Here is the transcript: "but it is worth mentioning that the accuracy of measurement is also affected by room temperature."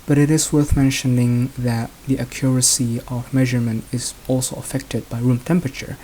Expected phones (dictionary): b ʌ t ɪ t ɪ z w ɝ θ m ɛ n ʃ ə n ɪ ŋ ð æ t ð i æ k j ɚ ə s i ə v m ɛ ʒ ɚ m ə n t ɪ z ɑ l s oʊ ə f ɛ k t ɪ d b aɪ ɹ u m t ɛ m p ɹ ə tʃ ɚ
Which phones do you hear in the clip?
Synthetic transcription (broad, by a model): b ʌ t ɪ t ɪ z w ɝ θ m ɛ n ʃ ə n ɪ ŋ ð æ t ð i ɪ k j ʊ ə s i ə v m ɛ ʒ ɚ m ə n t ɪ z ɑ l s oʊ ə f ɛ k t ɪ d b aɪ ɹ u m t ɛ m p ɹ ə tʃ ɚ